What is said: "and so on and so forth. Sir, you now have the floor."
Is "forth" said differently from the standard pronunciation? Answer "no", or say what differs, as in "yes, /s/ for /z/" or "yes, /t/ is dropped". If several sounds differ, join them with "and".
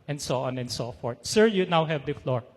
yes, /t/ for /θ/